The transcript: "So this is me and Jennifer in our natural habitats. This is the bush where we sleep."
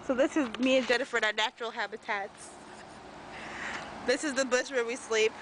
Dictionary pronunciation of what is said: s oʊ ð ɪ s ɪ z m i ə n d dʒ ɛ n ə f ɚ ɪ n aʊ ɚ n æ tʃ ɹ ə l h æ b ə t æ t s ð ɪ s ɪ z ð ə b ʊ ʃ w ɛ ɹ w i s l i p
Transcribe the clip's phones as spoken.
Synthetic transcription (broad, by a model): s oʊ ð ɪ s ɪ z m i ə n d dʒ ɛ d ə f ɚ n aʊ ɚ n æ tʃ ɹ l h æ b ə t æ t s ð ɪ s ɪ z ð ə b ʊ s w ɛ ɹ w i s l i p